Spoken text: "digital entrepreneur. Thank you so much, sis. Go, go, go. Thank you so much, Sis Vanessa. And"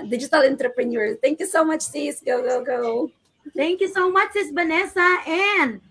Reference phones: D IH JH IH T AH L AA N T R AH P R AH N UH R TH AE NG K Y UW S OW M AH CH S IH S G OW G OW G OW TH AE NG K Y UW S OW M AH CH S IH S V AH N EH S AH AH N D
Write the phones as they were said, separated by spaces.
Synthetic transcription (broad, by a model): D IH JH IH T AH L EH N T R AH P R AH N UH R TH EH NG K Y UW S OW M AH CH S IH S G OW G OW G OW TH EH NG K Y UW S OW M AH CH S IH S B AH N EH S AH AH N